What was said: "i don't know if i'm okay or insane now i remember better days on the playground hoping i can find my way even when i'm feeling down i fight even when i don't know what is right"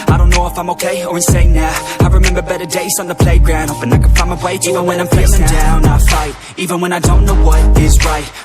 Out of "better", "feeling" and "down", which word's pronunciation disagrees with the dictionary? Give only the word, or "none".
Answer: feeling